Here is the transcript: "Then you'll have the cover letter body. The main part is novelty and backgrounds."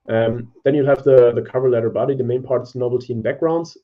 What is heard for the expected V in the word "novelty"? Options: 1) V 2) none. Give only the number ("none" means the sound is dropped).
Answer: 2